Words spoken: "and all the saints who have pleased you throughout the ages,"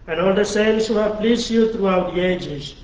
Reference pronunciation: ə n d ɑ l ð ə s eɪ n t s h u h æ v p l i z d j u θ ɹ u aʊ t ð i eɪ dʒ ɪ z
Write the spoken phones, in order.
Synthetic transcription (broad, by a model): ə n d ɑ l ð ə s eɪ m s h u h æ v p l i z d j u t ɹ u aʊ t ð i eɪ dʒ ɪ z